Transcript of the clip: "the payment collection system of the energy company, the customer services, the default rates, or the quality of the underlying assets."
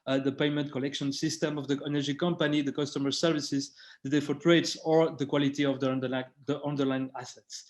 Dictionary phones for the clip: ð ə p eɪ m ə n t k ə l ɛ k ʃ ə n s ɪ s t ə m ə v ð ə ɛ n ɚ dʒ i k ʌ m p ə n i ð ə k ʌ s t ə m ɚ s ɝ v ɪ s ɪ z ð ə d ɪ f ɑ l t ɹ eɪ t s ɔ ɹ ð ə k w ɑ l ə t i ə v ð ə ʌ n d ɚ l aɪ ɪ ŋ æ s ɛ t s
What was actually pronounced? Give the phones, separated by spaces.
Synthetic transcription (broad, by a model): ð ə p eɪ m ə n t k ə l ɛ k ʃ ə n s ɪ s t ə m ə v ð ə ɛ n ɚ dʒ i k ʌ m p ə n i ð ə k ʌ s t ə m ɚ s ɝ v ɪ s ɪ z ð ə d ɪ f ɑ t ɹ eɪ t s ɔ ɹ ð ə k w ɑ l ə t i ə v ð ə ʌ n d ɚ l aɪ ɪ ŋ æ s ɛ t s